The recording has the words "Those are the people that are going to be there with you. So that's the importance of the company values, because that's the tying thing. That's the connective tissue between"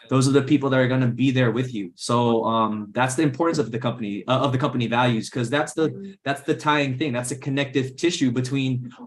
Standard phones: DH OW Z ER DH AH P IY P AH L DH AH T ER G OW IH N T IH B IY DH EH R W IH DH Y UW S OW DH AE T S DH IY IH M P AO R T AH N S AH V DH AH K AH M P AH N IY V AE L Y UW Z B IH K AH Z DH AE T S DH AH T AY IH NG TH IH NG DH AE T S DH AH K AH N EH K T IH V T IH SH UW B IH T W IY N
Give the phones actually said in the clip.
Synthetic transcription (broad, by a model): DH OW Z ER DH AH P IY P L DH AH T ER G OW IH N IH B IY DH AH R W IH DH Y UW S OW DH AE T S DH IY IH M P AO R T AH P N AH V DH AH K AH M P AH N IY V AE L Y UW Z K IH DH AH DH DH AE T S DH AH T AY IH NG TH IH NG DH AE T S DH AH K AH N EH K T IH V T IH SH UW B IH T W IY N